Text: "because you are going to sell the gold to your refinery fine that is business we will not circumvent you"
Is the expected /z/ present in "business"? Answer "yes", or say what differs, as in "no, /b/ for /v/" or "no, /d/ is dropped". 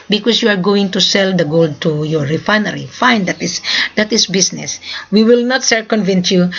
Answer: no, /s/ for /z/